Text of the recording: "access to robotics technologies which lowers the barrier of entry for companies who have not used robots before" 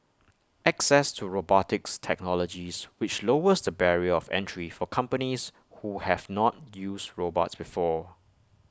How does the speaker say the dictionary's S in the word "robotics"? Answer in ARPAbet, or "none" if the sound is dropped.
S